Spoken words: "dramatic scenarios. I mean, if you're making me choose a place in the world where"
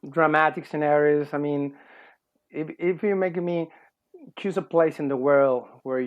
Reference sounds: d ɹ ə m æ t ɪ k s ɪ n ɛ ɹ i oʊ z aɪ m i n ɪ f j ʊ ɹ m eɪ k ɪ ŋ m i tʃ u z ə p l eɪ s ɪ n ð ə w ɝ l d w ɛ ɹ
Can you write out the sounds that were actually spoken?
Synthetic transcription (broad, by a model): d ɹ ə m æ t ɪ k s ɪ n ɛ ɹ i oʊ z aɪ m i n ɪ f j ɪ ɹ m eɪ k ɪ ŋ m i tʃ u z ə p l eɪ s ɪ n ð ə w ɝ l d w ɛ ɹ